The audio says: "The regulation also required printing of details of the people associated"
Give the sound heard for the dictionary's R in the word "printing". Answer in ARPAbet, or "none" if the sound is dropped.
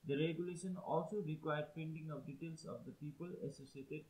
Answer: none